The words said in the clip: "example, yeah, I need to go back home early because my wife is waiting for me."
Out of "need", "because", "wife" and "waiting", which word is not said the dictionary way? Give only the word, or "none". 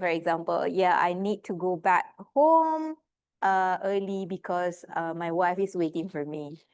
because